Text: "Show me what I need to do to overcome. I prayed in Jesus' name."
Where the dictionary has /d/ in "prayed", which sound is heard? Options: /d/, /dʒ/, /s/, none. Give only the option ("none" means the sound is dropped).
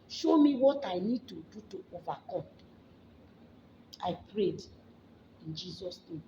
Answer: /d/